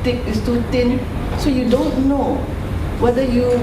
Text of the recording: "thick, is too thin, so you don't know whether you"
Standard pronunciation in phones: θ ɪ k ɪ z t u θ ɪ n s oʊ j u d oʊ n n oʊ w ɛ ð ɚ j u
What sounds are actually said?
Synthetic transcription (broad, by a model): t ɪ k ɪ s t u t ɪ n s oʊ j u d oʊ n n oʊ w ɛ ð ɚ j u